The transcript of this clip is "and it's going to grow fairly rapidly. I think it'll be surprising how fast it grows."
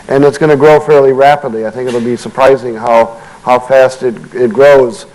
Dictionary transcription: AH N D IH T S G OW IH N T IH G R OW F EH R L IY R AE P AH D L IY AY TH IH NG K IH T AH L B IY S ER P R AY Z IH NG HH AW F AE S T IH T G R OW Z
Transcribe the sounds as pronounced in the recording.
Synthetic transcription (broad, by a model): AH N IH T S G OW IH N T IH G R OW F EH R L IY R AE P AH D L IY AY TH IH NG K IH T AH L B IY S ER P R AY Z IH NG HH AW F AE S T IH T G R OW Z